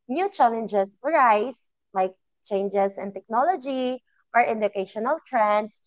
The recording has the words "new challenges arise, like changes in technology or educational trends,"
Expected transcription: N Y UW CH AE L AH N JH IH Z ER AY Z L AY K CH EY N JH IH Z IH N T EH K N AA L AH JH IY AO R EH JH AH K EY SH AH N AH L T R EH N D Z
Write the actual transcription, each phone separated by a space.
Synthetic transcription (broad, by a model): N Y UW CH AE L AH N JH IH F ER AY S L AY K CH EY N JH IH S IH N T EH K N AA L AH JH IY AO R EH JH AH K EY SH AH N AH L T R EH N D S